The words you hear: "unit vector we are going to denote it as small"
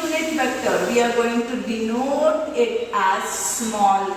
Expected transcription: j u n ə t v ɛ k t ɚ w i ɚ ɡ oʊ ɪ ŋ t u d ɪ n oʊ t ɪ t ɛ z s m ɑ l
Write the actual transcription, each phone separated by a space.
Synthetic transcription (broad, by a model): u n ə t b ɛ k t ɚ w i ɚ ɡ oʊ ɪ ŋ t u d ɪ n oʊ t ɪ t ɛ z s m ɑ l